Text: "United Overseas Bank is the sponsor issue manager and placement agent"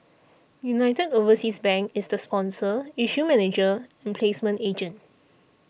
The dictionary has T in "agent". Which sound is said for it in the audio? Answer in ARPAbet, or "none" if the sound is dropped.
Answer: T